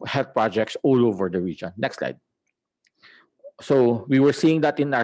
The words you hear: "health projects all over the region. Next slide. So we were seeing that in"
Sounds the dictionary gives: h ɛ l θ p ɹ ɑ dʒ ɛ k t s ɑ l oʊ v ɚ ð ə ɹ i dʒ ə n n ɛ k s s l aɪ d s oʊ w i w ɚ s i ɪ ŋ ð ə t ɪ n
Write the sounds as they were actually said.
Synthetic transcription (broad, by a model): h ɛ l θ p ɹ ɑ dʒ ɛ k t s ɑ l oʊ v ɚ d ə ɹ i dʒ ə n n ɛ k s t l aɪ d s oʊ w i w ɚ s i ɪ ŋ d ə t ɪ n